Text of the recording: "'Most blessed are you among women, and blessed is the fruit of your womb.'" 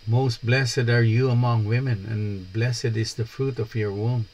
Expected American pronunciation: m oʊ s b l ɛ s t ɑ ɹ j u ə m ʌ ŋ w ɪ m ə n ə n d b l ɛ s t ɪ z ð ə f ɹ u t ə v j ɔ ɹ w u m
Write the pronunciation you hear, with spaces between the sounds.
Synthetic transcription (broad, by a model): m oʊ s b l ɛ s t ɑ ɹ j u ə m ʌ ŋ w ɪ m ə n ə n b l ɛ s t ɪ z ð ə f ɹ u t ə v j ɔ ɹ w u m